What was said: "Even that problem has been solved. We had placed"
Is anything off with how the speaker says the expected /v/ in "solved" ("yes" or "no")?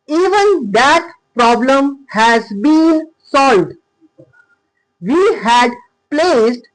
no